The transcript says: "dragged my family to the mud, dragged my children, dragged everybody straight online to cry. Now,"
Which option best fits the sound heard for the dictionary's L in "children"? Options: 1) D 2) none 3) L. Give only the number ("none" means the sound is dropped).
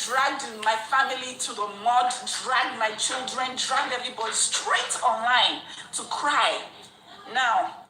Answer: 3